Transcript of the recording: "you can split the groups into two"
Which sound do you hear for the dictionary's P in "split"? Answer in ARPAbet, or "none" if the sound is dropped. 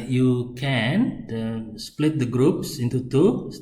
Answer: P